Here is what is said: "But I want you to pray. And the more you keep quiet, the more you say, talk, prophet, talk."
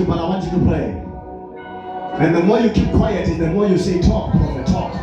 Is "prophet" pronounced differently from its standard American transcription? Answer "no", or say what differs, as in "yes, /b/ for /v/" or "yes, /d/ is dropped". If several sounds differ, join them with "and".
yes, /ɹ/ is dropped and /f/ is dropped